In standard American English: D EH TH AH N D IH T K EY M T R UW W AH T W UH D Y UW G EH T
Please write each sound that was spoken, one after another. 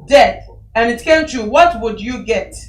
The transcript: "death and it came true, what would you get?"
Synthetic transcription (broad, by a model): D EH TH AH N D IH T K EY M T UW W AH T W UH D Y UW G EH T